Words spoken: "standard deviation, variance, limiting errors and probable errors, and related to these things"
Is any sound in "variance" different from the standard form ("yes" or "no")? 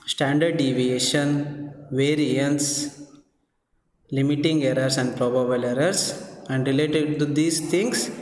no